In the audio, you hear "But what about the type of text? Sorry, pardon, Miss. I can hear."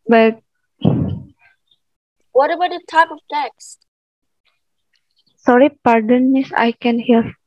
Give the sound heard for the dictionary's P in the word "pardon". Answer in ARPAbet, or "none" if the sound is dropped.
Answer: P